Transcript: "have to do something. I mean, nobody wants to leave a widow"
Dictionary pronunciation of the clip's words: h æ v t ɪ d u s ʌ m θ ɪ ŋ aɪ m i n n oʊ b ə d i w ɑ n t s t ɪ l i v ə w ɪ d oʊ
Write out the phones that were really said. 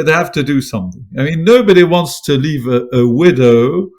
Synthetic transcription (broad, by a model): h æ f t ɪ d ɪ s ʌ m θ ɪ ŋ aɪ m i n n oʊ b ə d i w ɑ n t s t ɪ l i v ə w ɪ d oʊ